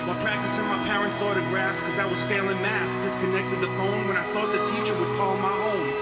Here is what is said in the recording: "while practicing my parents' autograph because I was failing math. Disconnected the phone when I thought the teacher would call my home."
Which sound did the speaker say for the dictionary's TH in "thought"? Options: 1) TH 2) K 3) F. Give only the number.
1